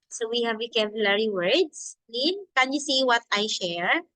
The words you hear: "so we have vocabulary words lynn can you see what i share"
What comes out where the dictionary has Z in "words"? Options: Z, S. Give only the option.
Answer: S